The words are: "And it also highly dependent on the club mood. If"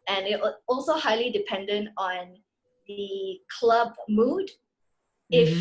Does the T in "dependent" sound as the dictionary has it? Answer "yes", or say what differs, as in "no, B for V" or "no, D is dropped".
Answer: yes